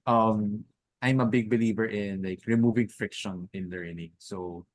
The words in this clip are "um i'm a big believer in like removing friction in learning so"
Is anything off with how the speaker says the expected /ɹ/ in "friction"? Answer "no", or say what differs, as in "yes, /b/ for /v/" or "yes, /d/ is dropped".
no